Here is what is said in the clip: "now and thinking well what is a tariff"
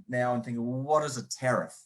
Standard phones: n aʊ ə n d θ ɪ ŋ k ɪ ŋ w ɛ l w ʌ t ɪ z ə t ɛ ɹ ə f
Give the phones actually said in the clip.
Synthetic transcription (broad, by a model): n aʊ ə n θ ɪ ŋ k ɪ ŋ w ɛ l w ʌ t ɪ z ə t ɛ ɹ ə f